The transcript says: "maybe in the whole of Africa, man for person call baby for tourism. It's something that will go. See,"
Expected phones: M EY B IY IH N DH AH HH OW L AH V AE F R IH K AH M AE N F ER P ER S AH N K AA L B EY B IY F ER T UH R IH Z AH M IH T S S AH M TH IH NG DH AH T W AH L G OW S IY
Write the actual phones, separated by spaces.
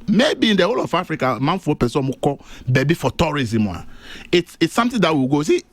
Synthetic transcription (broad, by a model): M EY B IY IH N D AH HH OW L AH F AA F R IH K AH M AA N F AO P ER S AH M K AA B EY B IY F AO T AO R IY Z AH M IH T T S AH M T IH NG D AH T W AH G OW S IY